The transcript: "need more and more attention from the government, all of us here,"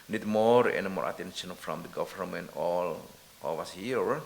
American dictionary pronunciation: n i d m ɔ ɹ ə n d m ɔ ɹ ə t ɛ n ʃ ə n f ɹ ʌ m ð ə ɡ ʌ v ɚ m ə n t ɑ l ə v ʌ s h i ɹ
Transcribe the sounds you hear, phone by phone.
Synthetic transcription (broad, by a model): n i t m ɔ ɹ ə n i m ɔ ɹ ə t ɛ n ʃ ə n f ɹ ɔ m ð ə ɡ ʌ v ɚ m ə n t ɑ l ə w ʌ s h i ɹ